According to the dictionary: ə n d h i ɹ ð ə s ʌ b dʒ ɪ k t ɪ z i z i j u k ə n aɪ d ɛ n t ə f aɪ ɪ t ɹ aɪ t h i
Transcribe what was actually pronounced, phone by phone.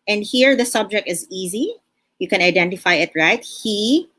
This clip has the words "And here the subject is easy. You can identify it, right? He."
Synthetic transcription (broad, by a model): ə n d h i ɹ ð ə s ʌ b dʒ ɪ k t ɪ z i z i j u k ə n aɪ d ɛ n t ə f aɪ ɪ t ɹ aɪ t h i